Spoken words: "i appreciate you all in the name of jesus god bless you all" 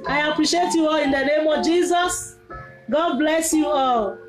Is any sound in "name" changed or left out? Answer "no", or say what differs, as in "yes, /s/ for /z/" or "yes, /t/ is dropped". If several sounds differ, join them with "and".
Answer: no